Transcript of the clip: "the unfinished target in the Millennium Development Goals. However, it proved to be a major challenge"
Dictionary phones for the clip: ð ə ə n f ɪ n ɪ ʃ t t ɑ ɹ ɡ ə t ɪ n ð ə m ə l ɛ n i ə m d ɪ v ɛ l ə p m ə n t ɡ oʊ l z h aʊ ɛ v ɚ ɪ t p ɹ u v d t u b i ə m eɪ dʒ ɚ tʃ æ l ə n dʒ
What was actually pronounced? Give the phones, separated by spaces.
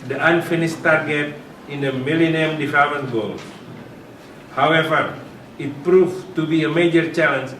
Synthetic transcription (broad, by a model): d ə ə n f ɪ n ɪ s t t ɑ ɹ ɡ ə t ɪ n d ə m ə l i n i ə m d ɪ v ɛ l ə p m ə n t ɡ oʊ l h aʊ ɛ v ɚ ɪ t p ɹ u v t u b i ə m eɪ dʒ ɚ tʃ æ l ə n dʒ